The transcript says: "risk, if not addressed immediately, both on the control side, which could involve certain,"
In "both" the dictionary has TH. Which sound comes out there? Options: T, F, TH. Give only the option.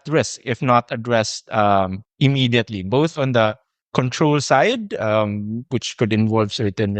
TH